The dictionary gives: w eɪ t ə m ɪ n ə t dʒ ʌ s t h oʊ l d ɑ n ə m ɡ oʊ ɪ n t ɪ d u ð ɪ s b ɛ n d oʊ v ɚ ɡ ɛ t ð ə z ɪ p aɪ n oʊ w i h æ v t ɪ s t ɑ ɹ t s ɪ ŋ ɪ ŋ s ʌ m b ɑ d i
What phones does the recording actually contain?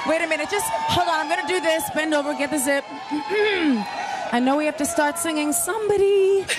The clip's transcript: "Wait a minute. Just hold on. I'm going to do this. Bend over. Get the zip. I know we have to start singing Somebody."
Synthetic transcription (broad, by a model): w eɪ t ə m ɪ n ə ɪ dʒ ʌ s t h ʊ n ɑ ə m ɡ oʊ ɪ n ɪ d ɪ ð ɪ s b ɛ n d oʊ v ɚ ɡ ɛ t ð ə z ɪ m aɪ n oʊ w i h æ f t ɪ s t ɑ ɹ t s ɪ ŋ ɪ ŋ s ʌ m b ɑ d i